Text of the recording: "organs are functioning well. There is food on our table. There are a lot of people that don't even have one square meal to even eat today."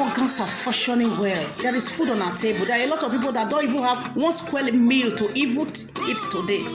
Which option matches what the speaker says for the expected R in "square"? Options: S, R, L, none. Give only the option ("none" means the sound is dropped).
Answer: L